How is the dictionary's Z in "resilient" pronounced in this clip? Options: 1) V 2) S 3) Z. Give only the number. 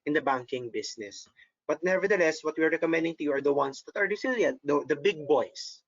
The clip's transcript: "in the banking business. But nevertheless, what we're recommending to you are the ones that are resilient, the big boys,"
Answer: 2